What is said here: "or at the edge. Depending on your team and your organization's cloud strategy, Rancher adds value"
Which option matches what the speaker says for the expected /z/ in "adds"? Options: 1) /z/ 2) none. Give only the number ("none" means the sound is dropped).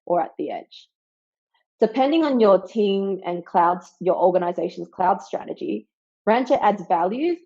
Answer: 1